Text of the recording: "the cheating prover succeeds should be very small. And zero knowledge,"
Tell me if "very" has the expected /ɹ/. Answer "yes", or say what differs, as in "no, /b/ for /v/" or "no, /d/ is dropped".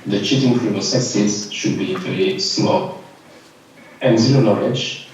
no, /l/ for /ɹ/